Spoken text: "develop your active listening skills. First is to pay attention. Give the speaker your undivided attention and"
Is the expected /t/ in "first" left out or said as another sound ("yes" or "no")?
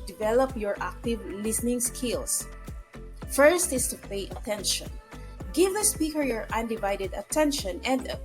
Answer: no